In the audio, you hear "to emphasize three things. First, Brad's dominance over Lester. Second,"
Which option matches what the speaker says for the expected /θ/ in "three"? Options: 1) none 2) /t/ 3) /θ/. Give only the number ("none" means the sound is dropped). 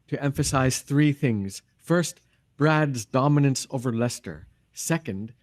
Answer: 3